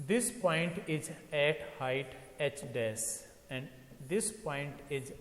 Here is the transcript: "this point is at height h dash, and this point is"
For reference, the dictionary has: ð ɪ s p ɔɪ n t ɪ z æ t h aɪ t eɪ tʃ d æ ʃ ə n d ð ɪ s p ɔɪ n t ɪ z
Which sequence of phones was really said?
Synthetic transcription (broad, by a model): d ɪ s p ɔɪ n t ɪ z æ t h aɪ t eɪ tʃ d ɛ s ə n d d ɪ s p ɔɪ n t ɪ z